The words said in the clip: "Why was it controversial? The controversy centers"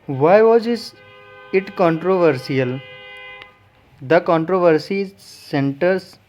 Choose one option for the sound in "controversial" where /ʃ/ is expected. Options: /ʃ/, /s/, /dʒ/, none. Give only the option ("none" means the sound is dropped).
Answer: /s/